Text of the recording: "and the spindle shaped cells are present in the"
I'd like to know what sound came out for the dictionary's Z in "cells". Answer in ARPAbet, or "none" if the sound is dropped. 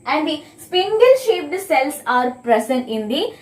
S